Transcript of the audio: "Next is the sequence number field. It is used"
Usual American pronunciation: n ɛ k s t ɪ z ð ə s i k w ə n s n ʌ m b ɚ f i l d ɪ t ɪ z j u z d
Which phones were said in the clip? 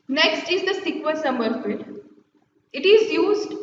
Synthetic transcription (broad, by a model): n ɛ k s t ɪ z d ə s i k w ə l s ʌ m ɚ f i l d ɪ t ɪ z j u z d